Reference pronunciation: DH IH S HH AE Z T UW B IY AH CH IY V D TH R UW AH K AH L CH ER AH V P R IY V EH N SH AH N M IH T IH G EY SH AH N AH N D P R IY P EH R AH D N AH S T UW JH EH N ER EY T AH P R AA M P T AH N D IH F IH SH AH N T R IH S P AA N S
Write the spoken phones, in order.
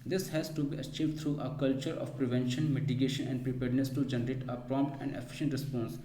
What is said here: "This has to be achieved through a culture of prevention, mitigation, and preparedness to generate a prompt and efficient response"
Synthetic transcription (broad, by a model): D IH S HH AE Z T UW B IY AH CH IY V D T R UW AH K AH L CH ER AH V P R IY V EH N SH AH N M IH T IH G EY SH AH N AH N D P R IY P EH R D N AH S T UW JH EH N ER EY T AH P R AA M P T AH N D IH F IH SH AH N T R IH S P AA N S